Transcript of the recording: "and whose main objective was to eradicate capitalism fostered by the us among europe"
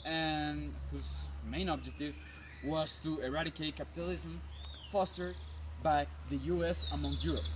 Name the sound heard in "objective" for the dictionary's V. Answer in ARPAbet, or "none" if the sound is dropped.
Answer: V